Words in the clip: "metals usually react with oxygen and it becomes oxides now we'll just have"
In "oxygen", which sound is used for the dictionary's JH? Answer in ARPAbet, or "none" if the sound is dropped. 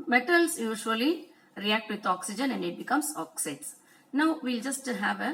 JH